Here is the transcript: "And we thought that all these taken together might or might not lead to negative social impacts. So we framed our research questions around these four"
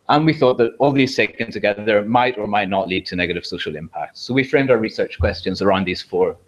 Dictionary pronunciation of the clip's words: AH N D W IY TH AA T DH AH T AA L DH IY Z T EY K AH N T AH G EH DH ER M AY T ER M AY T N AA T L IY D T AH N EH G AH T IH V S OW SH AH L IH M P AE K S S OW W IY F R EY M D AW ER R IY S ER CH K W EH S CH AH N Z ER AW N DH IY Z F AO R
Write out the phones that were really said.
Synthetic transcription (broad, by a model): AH N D W IY TH AA T DH AH T AA L DH IY Z S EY K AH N T AH G EH DH ER M AY T ER M AY T N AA T L IY D T AH N EH G AH T IH V S OW SH AH L IH M P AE K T S OW W IY F R EY M D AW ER R IY S ER CH K W EH S CH AH N Z ER AW N DH IY Z F AO R